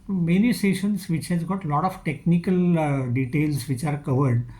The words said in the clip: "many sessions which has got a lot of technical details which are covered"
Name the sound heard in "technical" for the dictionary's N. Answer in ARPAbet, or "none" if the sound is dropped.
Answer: N